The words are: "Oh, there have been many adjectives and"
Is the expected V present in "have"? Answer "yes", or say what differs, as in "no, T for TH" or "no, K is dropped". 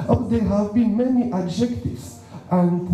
yes